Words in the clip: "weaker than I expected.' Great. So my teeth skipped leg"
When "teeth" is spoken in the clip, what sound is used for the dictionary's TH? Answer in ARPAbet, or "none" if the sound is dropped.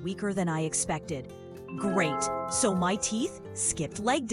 TH